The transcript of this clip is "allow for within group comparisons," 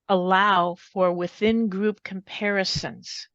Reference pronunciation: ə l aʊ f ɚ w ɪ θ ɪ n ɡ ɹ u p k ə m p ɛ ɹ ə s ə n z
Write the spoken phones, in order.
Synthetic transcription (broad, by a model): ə l aʊ f ɚ w ɪ θ ɪ n ɡ ɹ u p k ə m p ɛ ɹ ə s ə n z